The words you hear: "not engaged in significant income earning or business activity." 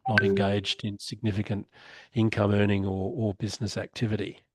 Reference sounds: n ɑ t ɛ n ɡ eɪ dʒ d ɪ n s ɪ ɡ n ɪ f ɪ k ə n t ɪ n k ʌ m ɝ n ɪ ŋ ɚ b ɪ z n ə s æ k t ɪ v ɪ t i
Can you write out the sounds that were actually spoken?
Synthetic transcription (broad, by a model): n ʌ t ɛ n ɡ eɪ dʒ d ɪ n s ɪ ɡ n ɪ f ɪ k ə n t ɪ n k ʌ m ɝ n ɪ ŋ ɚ b ɪ z n ə s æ k t ɪ v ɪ t i